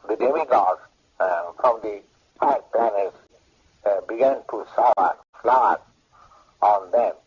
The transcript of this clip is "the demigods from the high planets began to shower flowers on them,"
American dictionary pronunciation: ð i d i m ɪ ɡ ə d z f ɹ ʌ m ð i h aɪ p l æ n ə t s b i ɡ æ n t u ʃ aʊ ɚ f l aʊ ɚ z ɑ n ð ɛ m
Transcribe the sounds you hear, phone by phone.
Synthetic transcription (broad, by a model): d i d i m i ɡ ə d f ɹ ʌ m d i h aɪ p l æ n ə t s b i ɡ æ n t u s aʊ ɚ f l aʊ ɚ ɑ n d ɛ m